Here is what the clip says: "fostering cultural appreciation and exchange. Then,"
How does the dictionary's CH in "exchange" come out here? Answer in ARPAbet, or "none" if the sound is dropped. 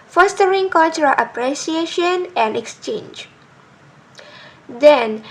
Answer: CH